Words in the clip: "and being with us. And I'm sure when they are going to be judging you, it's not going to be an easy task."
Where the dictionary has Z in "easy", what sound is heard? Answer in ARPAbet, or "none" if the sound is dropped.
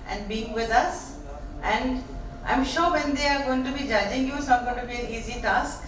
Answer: Z